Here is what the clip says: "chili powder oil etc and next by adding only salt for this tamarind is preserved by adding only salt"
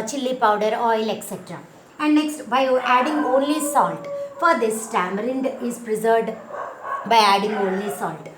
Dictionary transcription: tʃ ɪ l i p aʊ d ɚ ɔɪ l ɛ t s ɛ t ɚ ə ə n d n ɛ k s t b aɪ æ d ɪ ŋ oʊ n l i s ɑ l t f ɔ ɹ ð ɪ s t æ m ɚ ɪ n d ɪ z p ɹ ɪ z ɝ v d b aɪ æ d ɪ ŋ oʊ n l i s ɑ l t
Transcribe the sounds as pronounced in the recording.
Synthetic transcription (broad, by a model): tʃ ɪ l i p aʊ d ɚ ɔɪ l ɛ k s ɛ t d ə ə n d n ɛ k s t b aɪ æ d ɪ ŋ oʊ n l i s ɑ l t f ɔ ɹ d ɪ s t æ m ɚ ɪ n d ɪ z p ɹ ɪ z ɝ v d b aɪ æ d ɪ ŋ oʊ n l i s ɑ l t